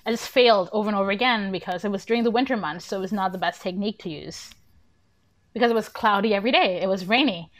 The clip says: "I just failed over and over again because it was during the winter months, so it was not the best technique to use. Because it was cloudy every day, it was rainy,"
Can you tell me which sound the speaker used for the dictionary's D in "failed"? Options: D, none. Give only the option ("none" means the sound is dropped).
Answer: D